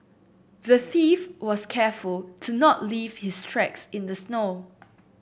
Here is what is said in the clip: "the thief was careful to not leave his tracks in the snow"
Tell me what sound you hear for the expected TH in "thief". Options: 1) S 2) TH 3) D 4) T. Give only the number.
2